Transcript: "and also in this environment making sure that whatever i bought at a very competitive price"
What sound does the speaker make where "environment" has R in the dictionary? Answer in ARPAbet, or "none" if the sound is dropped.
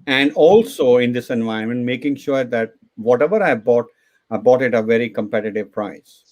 none